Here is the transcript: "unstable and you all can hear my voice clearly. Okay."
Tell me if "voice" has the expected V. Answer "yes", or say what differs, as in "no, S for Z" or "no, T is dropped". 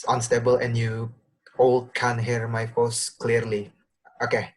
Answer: no, F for V